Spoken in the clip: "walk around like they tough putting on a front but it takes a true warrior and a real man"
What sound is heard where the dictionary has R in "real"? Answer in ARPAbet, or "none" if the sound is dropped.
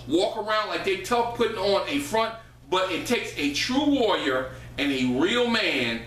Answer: R